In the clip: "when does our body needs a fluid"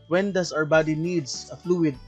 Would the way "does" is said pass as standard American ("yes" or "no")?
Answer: no